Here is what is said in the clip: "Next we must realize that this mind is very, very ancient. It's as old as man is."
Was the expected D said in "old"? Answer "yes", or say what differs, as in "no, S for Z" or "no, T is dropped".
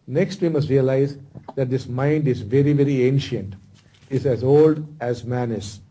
yes